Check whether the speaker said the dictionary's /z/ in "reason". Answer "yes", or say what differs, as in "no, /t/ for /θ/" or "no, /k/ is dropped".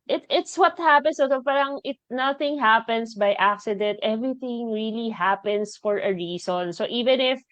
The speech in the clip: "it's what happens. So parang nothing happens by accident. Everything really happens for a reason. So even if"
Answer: no, /s/ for /z/